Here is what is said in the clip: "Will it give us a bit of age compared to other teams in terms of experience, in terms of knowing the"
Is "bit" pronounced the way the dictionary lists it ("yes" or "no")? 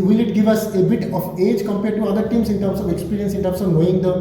yes